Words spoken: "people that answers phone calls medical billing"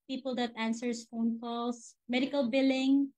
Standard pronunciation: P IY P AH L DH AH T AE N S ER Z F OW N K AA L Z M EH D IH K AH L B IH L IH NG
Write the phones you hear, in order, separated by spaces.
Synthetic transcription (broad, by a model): P IY P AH L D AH T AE N S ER S F OW N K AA L S M EH D IH K AH L B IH L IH NG